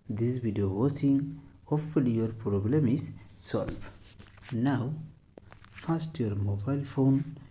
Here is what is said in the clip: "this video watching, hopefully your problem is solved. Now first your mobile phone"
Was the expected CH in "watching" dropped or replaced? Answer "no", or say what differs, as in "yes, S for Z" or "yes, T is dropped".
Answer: yes, S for CH